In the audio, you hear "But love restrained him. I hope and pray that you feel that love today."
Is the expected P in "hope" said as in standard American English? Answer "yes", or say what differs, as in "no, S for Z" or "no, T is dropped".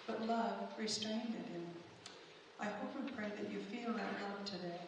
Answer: no, F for P